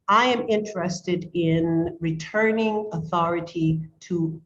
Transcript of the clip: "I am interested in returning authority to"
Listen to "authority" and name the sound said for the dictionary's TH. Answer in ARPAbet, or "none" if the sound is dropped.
TH